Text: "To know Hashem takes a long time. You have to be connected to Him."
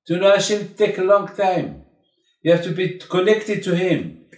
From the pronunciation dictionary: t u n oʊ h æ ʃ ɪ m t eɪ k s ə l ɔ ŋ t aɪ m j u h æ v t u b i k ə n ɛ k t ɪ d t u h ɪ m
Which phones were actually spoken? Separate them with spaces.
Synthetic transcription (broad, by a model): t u n oʊ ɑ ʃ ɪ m t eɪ k ə l ɔ ŋ t aɪ m j u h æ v t u b i k ə n ɛ k t ɪ d t u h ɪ m